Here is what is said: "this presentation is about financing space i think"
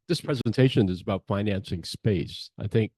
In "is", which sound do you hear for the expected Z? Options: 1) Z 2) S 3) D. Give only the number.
1